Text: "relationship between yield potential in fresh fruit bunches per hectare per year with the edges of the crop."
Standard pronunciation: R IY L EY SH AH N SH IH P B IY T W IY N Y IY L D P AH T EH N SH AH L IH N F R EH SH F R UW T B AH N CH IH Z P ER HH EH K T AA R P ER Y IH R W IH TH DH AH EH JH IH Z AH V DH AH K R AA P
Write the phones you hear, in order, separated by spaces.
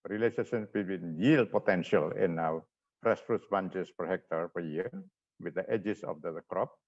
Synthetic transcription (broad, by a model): R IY L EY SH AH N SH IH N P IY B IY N Y IY L D P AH T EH N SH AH L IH N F R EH S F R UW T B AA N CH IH S P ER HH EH K T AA R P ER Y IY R W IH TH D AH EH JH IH S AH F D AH K R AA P